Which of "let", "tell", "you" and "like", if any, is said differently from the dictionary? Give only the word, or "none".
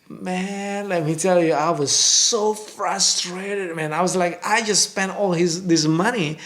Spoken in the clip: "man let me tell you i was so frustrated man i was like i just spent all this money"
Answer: none